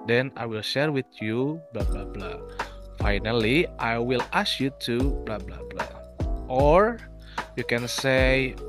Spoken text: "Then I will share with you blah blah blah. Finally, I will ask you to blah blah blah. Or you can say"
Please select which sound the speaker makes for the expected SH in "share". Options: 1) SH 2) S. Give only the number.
1